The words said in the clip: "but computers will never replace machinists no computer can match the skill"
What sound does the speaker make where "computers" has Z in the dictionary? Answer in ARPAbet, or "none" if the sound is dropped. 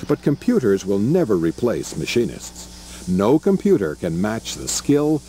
Z